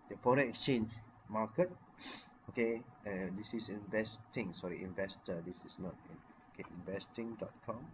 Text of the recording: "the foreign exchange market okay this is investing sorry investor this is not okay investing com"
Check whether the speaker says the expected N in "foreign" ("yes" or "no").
no